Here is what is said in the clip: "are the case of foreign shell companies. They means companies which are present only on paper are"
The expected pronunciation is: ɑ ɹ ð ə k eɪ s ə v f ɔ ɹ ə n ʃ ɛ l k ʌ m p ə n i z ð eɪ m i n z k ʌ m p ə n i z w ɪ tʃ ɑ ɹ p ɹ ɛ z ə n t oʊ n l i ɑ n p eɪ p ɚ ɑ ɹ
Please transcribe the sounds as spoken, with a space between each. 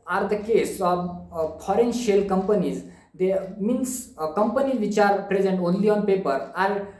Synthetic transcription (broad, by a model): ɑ ɹ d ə k eɪ s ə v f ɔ ɹ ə n ʃ ɛ l k ʌ m p ə n i z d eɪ m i n s k ʌ m p ə n i z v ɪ tʃ ɑ ɹ p ɹ ɛ z ə n t oʊ n l i ɑ n p eɪ p ɚ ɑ ɹ